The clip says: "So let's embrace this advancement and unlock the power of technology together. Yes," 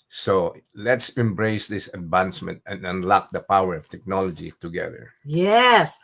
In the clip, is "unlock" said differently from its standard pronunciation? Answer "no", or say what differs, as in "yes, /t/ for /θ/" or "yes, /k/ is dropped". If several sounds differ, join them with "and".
no